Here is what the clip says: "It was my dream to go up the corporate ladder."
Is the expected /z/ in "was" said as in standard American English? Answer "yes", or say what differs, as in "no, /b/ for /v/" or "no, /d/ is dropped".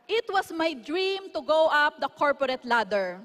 no, /s/ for /z/